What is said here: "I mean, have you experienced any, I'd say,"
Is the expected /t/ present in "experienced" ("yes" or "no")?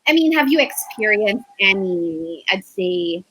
yes